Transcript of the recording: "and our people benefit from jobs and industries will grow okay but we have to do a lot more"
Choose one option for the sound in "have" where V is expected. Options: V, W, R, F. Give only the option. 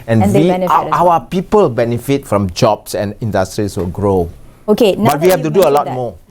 F